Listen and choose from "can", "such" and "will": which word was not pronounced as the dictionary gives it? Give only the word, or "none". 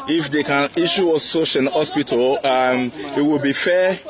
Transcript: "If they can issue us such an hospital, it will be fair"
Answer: such